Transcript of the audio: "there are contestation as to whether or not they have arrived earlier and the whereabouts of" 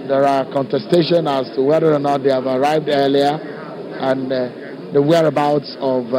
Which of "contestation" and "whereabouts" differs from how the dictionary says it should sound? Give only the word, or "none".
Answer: none